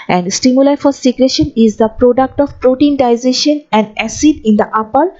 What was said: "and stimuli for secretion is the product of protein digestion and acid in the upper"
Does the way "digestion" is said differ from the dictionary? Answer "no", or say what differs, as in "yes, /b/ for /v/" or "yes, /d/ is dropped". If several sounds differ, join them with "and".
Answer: yes, /z/ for /dʒ/